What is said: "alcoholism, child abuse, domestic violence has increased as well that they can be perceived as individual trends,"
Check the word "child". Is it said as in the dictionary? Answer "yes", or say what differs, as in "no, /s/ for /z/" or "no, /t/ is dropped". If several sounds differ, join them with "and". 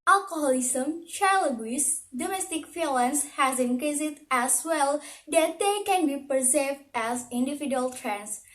no, /d/ is dropped